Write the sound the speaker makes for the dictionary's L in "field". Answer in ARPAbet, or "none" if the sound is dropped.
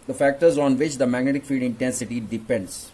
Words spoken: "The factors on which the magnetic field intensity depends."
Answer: none